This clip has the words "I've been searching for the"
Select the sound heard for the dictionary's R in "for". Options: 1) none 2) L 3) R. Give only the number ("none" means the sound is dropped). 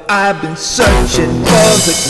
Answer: 2